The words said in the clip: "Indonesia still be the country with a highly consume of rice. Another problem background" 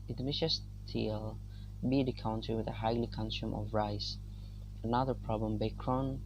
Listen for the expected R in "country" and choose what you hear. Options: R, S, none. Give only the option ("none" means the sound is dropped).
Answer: none